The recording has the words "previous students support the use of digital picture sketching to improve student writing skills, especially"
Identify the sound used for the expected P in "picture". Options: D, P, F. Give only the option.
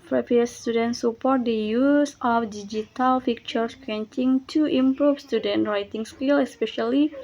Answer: F